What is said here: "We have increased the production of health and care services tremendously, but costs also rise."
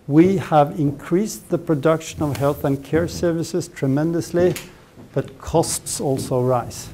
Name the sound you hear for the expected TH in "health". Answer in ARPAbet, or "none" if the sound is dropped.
TH